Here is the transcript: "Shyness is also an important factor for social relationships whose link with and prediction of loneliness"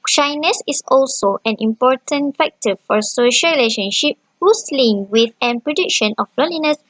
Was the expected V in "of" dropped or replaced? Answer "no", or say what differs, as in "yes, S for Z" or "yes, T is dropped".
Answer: yes, B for V